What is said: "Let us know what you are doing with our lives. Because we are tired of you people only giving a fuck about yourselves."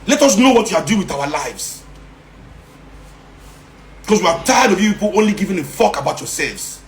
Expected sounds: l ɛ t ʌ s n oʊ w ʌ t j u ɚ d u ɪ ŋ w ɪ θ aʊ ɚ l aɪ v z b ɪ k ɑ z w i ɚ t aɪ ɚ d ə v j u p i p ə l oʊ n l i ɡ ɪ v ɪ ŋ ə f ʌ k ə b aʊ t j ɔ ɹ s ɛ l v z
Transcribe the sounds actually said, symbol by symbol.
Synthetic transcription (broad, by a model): l ɛ t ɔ s n oʊ w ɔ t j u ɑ d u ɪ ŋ w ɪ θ aʊ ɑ l aɪ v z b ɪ k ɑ s w i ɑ t aɪ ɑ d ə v j u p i p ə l oʊ n l i ɡ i v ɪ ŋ ə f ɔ k ə b aʊ t j ɔ s ɛ l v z